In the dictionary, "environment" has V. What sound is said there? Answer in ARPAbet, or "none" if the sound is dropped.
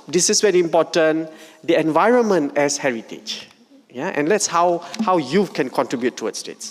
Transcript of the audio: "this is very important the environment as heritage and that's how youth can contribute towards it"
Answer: V